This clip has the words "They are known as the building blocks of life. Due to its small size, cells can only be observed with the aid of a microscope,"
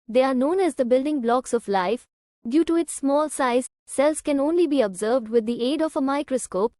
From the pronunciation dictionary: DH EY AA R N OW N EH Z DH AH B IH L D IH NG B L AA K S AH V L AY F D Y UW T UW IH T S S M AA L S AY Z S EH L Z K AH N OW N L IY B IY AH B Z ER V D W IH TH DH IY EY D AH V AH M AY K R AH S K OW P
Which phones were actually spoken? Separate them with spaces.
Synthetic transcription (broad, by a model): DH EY AA R N OW N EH Z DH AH B IH L D IH NG B L AA K S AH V L AY F D Y UW T UW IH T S S M AA L S AY Z S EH L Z K AH N OW N L IY B IY AH B Z ER V D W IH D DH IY EY D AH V AH M AY K R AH S K OW P